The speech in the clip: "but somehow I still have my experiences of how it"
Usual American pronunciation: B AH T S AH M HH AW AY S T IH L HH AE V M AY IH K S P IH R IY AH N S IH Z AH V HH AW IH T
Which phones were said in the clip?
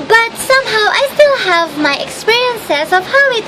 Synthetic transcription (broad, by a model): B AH T S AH M HH AW AY S T IH L HH AE V M AY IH K S P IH R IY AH N S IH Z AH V HH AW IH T